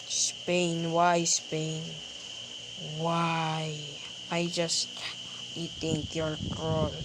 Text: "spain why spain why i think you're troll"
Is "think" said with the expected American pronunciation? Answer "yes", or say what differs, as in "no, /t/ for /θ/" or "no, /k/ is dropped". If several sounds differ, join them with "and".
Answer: no, /t/ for /θ/